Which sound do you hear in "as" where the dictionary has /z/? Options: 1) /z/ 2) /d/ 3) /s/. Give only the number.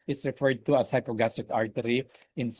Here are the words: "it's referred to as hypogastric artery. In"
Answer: 3